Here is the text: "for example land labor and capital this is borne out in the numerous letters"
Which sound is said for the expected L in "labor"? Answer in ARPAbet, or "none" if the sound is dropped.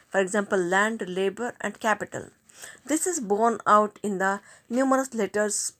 L